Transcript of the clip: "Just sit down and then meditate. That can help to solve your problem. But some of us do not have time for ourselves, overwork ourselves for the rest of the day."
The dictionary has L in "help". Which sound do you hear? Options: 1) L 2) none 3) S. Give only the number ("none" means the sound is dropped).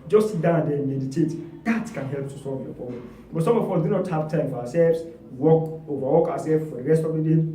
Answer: 1